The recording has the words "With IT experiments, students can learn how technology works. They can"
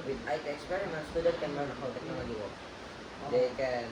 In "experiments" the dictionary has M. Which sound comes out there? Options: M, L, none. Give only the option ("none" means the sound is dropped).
none